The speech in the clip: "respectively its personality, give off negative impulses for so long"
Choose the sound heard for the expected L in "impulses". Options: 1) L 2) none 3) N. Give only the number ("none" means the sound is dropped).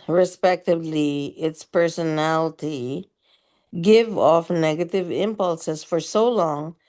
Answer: 1